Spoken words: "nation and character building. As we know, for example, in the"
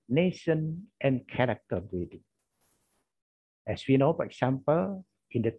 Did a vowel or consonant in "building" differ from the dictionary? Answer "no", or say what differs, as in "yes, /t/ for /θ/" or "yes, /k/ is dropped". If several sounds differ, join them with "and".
yes, /l/ is dropped